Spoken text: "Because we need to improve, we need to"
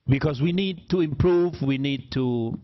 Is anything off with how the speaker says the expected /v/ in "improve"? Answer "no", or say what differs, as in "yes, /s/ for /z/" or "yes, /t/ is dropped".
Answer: no